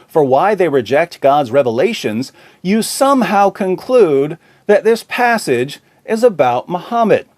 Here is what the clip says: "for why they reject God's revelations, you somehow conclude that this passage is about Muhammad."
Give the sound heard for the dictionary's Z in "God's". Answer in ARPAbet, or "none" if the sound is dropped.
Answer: Z